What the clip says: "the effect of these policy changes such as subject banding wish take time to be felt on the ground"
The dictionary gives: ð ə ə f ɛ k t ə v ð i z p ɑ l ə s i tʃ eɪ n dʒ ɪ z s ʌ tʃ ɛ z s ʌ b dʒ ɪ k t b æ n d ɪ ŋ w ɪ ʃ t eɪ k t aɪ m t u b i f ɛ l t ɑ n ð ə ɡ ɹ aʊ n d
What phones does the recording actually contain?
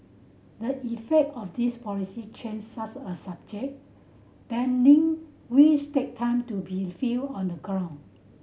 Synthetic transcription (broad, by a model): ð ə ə f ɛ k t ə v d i s p ɑ l ə s i tʃ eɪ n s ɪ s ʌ s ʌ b dʒ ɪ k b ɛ n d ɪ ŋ w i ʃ t eɪ k t aɪ m t u b i f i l ɑ n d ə ɡ ɹ aʊ n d